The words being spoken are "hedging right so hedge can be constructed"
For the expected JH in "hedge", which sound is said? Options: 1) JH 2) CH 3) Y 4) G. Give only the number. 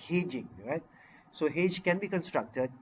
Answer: 1